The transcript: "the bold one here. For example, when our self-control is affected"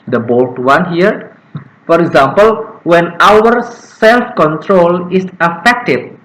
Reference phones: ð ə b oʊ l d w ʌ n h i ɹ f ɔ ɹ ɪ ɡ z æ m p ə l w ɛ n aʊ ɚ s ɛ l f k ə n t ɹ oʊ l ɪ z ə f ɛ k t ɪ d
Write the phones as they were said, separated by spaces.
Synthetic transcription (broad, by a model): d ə b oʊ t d w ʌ n h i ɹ f ɔ ɹ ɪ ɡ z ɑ m p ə l w ɛ n aʊ ɚ s ɛ l f k ə n t ɹ oʊ l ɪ s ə f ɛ k t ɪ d